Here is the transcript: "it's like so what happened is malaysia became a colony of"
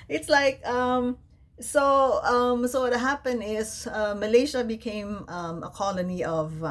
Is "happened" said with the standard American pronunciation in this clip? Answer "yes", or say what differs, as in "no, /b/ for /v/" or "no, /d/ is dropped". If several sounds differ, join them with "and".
no, /d/ is dropped